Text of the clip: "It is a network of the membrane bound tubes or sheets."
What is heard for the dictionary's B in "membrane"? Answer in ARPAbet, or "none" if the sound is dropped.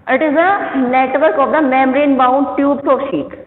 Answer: none